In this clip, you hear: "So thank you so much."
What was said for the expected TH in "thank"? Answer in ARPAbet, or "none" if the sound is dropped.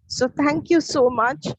T